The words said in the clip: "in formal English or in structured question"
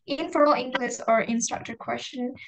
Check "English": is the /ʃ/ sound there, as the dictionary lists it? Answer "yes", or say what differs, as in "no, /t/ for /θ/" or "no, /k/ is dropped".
no, /s/ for /ʃ/